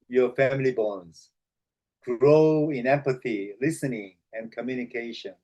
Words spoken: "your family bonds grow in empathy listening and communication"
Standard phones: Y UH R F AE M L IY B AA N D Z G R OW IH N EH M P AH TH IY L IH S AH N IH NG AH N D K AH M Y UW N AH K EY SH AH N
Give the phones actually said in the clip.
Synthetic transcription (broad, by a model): Y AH R F AE M L IY B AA N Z G R OW IH N EH M P AH TH IY L IH S AH N IH NG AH N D K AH M Y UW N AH K EY SH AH N